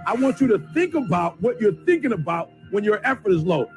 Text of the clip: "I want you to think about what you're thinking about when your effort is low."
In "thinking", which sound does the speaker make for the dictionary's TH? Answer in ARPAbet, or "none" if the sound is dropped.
TH